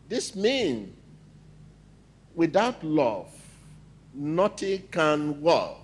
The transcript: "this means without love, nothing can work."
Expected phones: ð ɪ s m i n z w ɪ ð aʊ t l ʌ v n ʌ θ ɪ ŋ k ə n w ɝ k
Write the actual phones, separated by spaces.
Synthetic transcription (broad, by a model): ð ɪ s m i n w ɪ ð aʊ t l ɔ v n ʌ t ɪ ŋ k ə n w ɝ